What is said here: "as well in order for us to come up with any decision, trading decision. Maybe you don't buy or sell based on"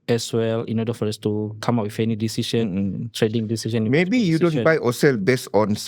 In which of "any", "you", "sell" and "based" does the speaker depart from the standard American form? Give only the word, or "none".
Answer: based